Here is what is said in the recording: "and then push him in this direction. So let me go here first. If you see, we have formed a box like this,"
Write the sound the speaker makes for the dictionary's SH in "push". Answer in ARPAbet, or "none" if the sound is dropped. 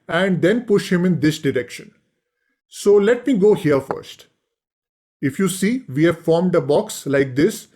SH